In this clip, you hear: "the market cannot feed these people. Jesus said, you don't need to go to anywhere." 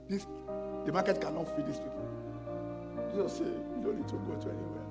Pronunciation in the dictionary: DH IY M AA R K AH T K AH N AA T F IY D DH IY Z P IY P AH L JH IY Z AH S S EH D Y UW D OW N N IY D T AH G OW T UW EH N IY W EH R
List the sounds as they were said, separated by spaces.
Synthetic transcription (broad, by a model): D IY M AA K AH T K AH N AA T F IY D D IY S P IY P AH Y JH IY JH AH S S EH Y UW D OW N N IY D T AH G OW T UW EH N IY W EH